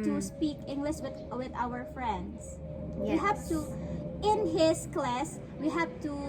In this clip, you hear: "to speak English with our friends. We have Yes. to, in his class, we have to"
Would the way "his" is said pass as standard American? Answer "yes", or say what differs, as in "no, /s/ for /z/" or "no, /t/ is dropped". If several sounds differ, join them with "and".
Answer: no, /s/ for /z/